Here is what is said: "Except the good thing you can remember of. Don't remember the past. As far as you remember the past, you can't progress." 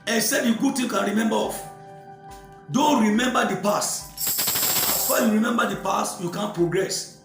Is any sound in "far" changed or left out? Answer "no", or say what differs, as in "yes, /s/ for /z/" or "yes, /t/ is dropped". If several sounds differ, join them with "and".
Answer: yes, /w/ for /ɹ/